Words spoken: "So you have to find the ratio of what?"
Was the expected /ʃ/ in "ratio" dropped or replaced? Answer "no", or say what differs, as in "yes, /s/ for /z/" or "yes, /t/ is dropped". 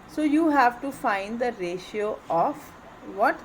no